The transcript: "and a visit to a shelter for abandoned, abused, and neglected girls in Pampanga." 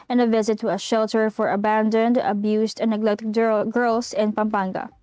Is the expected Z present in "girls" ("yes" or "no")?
no